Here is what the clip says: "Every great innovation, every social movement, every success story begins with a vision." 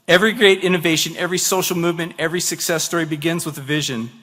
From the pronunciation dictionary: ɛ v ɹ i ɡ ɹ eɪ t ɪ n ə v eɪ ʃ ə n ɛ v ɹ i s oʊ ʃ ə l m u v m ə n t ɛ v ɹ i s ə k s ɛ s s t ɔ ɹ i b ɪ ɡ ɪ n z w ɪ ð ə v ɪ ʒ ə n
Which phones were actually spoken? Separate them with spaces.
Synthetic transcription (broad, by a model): ɛ v ɹ i ɡ ɹ eɪ t ɪ n ə v eɪ ʃ ə n ɛ v ɹ i s oʊ ʃ l m u v m ə n t ɛ v ɹ i s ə k s ɛ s s t ɔ ɹ i b ɪ ɡ ɪ n z w ɪ ð ə v ɪ ʒ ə n